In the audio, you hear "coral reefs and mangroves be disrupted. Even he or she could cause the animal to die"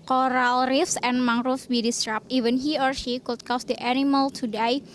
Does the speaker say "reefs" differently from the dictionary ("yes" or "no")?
no